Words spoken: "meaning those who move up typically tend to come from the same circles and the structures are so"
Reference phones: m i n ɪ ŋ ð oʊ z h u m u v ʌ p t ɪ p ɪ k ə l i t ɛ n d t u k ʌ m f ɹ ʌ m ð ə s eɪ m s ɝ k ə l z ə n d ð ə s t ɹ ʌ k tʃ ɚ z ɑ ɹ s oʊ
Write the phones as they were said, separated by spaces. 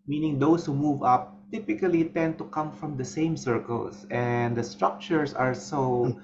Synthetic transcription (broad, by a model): m i n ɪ ŋ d oʊ s h u m u v ʌ p t ɪ p ɪ k ə l i t ɛ n d t u k ʌ m f ɹ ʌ m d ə s eɪ m s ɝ k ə l s ə n d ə s t ɹ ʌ k tʃ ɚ s ɑ ɹ s oʊ